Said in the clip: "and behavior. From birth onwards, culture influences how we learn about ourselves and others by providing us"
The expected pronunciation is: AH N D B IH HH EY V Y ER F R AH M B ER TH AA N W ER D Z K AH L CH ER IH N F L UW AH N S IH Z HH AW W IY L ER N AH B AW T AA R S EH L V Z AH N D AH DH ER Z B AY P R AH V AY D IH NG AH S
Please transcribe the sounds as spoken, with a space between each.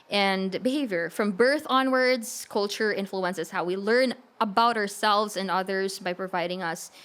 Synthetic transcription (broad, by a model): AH N B IH HH EY V Y ER F R AH M B ER TH AA N W ER D Z K AH L CH ER IH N F L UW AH N S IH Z HH AW W IY L ER N AH B AW T AA R S EH L V Z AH N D AH DH ER Z B AY P R AH V AY D IH NG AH S